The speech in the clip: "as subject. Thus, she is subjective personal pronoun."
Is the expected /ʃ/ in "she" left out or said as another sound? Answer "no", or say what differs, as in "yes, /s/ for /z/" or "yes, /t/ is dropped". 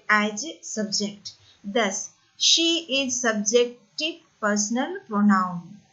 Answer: no